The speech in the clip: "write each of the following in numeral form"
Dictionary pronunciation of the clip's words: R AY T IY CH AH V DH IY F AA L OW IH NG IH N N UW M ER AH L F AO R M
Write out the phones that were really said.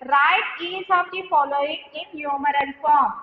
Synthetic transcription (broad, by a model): R AY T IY S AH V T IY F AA L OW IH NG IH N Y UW M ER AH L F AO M